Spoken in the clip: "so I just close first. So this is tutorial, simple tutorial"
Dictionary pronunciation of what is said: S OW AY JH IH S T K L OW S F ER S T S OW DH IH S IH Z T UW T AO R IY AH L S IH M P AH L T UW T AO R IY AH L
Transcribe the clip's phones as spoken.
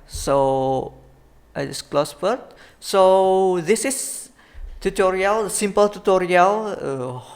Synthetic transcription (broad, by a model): S OW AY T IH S K L OW S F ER T S OW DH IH S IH S T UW T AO R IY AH L S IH M P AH L T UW T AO R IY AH L